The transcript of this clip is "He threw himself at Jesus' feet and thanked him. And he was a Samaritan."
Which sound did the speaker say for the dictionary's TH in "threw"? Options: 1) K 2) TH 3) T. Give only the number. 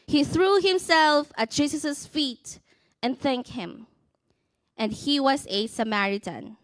2